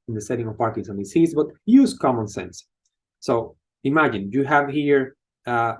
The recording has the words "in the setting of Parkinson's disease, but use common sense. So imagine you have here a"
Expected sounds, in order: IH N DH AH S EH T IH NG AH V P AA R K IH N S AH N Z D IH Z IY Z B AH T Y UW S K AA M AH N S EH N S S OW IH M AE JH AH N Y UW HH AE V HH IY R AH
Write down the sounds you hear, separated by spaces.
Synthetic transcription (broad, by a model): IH N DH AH S EH T IH NG AH V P AA R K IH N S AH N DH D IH S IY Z B AH T Y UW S K AA M AH N S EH N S S OW IH M AE JH AH N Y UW HH AE V HH IY R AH